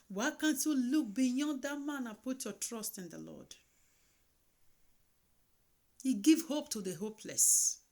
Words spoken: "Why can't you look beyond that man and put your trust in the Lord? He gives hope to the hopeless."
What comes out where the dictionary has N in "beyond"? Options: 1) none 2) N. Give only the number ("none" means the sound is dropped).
1